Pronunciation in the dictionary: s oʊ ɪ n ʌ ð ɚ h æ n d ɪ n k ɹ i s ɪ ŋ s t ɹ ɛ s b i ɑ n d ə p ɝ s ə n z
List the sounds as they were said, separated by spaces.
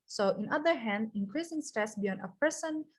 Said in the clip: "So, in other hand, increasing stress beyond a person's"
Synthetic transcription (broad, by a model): s oʊ ɪ n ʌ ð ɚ h æ n d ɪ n k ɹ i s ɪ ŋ s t ɛ s b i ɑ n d ə p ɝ s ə n